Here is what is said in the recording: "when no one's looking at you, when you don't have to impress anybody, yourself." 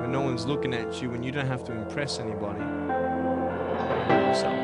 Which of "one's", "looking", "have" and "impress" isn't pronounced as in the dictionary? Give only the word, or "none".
have